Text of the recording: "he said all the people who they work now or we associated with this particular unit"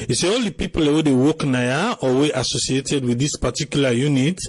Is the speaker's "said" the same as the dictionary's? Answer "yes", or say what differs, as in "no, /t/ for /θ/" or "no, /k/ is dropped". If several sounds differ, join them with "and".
no, /d/ is dropped